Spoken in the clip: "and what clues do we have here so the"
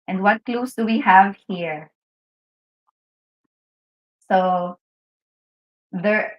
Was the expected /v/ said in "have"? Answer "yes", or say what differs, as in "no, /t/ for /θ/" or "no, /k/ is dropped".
yes